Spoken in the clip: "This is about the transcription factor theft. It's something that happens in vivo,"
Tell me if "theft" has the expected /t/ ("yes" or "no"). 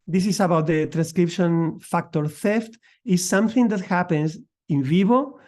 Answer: yes